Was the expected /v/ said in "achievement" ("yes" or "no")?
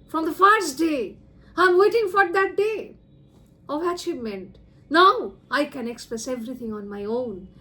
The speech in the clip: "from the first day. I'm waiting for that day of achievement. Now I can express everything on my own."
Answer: no